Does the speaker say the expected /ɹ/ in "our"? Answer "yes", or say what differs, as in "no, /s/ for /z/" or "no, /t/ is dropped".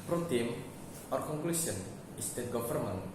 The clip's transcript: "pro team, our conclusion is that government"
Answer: yes